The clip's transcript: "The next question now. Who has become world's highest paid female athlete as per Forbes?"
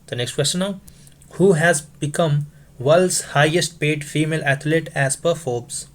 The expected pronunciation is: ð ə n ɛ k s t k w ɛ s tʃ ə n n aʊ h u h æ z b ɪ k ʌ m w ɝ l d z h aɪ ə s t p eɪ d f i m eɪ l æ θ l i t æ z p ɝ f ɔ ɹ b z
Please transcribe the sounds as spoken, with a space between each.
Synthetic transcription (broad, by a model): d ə n ɛ k s t k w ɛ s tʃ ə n n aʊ h u h æ z b ɪ k ʌ m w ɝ l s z h aɪ ə s t p eɪ d f i m eɪ l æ t l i t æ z p ɝ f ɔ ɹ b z